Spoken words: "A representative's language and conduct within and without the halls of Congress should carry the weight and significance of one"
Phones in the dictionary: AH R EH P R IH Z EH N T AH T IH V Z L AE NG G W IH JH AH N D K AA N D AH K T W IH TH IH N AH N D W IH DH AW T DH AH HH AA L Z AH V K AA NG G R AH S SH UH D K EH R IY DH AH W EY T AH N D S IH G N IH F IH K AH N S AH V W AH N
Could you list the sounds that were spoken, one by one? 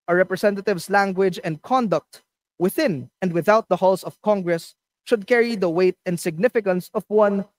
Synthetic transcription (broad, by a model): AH R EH P R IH S EH N T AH T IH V S L AE NG G W IH JH AH N D K AA N D AH K T W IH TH IH N AH N D W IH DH AW T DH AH HH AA L S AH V K AA NG G R AH S SH UH D K EH R IY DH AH W EY T AH N D S IH G N IH F IH K AH N S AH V W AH N